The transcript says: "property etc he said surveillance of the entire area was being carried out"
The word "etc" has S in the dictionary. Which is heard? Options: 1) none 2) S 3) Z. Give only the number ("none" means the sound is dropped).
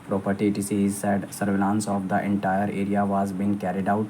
1